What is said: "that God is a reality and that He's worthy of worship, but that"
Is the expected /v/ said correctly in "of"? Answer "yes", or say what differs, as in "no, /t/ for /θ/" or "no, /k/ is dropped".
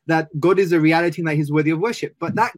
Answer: yes